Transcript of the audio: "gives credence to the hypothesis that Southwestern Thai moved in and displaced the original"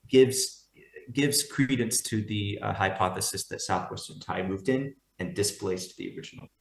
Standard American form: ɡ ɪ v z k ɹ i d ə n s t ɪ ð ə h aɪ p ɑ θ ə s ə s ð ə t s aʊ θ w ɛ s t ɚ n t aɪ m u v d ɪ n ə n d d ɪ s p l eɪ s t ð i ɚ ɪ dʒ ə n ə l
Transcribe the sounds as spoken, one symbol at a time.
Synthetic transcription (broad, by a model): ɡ ɪ v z k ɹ i d n s t ɪ ð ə h aɪ p ɑ θ ə s ə s ð ə t s aʊ θ w ɛ s t ɚ n t aɪ m u v d ɪ n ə n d d ɪ s p l eɪ s t ð i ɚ ɪ dʒ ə n l